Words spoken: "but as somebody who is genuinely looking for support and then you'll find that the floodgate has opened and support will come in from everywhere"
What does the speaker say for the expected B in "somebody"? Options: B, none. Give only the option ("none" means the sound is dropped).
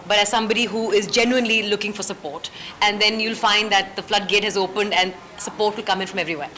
B